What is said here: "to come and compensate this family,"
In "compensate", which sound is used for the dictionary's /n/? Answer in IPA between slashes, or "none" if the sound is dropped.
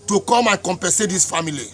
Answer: none